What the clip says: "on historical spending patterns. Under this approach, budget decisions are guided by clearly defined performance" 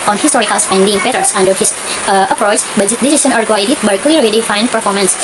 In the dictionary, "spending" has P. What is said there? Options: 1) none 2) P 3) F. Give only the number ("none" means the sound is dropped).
1